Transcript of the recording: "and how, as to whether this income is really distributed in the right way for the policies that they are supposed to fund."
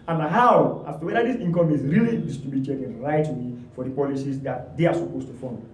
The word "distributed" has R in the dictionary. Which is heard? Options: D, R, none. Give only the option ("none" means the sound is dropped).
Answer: none